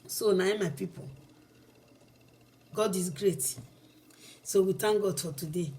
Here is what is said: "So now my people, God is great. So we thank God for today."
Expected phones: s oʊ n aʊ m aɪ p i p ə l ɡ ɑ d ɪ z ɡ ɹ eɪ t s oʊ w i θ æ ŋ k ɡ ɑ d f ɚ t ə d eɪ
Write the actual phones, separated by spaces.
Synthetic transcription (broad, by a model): s oʊ n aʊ m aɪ p i p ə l ɡ ɑ d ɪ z ɡ ɹ eɪ t s oʊ w i t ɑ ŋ ɡ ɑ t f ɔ t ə d eɪ